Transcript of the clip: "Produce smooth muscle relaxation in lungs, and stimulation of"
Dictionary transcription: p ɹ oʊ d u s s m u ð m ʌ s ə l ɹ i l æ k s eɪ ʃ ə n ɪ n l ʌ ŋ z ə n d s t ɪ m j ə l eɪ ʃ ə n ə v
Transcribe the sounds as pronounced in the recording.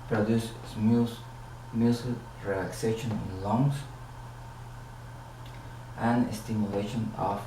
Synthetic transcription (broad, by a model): p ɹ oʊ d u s s ɪ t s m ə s ɹ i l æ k s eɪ ʃ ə n ɪ n l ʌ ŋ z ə n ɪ s t ɪ m j ə l eɪ ʃ ə n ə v